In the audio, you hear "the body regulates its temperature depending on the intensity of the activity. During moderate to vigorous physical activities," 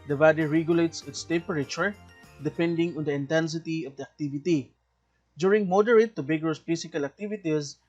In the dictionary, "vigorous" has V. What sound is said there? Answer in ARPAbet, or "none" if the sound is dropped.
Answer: B